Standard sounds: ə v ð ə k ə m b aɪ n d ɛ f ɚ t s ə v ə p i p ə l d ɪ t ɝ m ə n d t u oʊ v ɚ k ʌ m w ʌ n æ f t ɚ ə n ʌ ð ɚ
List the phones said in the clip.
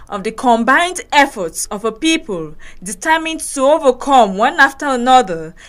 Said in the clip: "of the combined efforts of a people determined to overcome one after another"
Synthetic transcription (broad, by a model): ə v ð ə k ə m b aɪ n d ɛ f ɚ t s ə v ə p i p ə l d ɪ t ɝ m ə n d t u oʊ v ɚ k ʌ m w ʌ n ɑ f t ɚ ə n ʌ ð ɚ